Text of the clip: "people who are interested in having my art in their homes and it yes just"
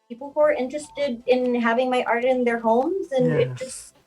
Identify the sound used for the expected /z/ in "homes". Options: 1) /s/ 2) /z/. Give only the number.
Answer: 2